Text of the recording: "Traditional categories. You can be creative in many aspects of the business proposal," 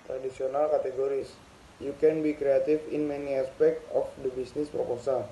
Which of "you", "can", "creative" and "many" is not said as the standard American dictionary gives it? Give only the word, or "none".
creative